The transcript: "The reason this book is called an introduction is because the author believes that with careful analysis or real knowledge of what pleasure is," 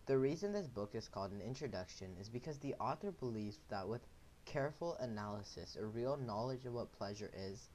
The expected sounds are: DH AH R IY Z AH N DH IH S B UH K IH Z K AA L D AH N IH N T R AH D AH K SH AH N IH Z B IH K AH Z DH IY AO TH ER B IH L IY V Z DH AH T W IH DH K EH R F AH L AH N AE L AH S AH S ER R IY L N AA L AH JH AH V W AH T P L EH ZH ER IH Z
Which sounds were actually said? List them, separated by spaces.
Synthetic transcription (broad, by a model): DH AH R IY Z AH N DH IH S B UH K IH Z K AA L D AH N IH N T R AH D AH K SH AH N IH Z B IH K AH Z DH IY AO TH ER B IH L IY V Z DH AH T W IH DH K EH R F L AH N AE L AH S AH S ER R IY L N AA L AH JH AH V W AH T P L EH ZH ER IH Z